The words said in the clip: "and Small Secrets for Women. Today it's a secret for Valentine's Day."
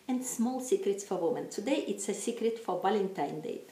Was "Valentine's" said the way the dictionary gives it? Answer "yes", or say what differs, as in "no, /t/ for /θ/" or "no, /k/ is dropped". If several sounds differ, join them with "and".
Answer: no, /z/ is dropped